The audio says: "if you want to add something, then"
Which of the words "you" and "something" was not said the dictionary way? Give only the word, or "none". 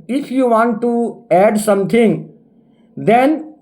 something